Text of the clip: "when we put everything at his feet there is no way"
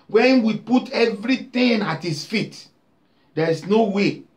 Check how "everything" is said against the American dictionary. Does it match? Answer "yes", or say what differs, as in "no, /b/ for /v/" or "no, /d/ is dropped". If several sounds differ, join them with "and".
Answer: no, /t/ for /θ/